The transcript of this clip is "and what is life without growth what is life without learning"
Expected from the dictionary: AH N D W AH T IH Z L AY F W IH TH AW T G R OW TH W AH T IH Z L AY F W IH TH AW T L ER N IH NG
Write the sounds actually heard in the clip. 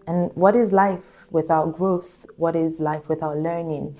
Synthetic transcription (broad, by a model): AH N W AH T IH Z L AY F W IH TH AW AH G R OW TH W AH T IH Z L AY F W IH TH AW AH L ER N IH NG